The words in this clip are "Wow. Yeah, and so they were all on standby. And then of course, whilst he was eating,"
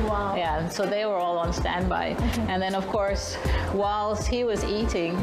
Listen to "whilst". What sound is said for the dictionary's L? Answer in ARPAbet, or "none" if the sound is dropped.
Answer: L